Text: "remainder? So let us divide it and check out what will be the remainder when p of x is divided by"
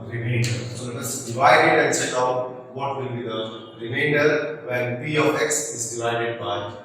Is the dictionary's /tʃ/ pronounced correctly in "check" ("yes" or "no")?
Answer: no